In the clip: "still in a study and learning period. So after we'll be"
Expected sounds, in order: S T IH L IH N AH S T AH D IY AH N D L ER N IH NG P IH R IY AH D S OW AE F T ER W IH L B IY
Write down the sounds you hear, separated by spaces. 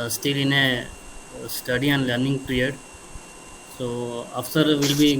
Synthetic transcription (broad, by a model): S T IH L IH N AH S T AH D IY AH N L ER N IH NG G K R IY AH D S OW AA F S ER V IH L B IY